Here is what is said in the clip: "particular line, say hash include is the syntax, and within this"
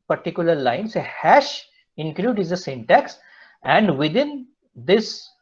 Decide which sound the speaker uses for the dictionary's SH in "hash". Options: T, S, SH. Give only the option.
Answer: SH